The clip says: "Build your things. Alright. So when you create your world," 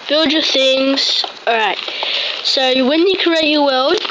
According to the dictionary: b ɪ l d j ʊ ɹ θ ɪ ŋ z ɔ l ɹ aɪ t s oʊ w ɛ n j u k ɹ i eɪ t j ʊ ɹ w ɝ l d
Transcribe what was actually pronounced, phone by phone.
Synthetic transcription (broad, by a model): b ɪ l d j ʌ θ ɪ ŋ z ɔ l ɹ aɪ t s oʊ w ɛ n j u k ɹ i eɪ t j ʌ w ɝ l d